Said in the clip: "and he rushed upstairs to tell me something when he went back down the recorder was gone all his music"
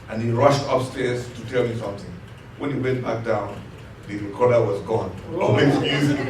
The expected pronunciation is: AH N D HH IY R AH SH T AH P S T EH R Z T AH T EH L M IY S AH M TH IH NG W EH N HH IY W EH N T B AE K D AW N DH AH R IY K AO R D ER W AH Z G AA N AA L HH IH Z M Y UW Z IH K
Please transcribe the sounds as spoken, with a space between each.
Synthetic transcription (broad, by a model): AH N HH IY R AH SH T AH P S T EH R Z T AH T EH L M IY S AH M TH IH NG W EH N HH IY W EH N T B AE K D AW N DH AH R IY K AO R D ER W AH Z G AA N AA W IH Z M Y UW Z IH